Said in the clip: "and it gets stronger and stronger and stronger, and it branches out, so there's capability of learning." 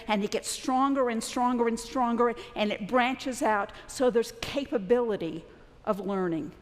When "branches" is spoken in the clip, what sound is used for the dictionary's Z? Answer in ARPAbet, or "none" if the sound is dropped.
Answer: Z